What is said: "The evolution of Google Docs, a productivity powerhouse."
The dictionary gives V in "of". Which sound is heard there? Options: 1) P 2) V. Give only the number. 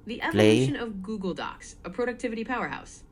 2